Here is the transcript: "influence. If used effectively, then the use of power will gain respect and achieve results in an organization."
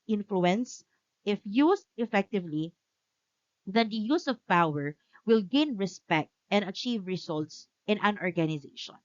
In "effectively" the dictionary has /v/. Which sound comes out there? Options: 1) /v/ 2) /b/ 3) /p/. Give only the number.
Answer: 1